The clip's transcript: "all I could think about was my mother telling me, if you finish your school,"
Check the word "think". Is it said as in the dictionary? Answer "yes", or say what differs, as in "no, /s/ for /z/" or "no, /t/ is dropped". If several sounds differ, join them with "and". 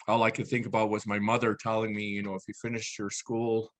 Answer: yes